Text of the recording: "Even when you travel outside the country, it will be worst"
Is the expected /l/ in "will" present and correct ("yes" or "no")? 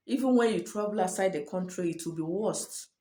yes